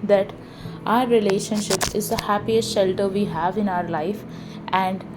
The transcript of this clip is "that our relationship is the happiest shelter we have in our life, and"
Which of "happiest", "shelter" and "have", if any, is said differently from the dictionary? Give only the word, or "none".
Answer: none